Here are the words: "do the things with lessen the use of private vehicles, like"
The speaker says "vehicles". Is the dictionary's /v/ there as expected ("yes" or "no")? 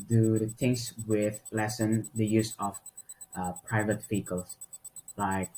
no